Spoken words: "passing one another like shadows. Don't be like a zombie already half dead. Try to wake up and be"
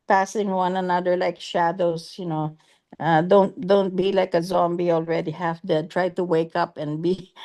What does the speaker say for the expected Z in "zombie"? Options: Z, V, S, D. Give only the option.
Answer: Z